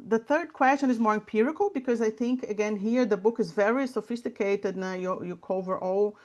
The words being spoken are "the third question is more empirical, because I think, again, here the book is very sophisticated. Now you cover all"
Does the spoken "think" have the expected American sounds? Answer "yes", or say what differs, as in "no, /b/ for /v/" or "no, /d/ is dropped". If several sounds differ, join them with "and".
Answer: yes